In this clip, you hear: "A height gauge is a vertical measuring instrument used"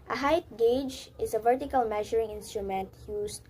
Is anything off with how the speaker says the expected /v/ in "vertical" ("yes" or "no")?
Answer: no